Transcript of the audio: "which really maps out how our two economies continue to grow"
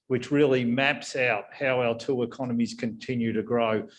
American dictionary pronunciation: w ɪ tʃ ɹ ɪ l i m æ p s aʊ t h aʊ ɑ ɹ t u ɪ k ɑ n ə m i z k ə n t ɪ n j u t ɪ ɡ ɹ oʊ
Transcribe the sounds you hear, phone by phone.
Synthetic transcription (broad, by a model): w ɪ tʃ ɹ ɪ l i m æ p s aʊ t h aʊ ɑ l t u ɪ k ɑ n ə m i z k ə n t ɪ n j u t ɪ ɡ ɹ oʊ